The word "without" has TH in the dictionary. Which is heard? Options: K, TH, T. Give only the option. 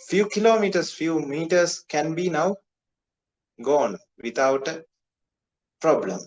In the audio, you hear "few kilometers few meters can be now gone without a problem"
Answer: T